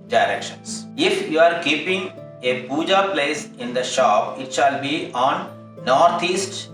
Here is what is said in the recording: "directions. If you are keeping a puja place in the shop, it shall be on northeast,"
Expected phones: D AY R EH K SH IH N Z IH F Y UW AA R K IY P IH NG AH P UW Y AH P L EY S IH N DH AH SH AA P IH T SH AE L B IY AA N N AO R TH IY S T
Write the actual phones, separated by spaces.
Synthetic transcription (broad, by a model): D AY R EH K SH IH N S IH F Y UW AA R K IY P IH NG AH B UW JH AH P L EY S IH N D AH SH AA P IH T SH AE L B IY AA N N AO R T IY S T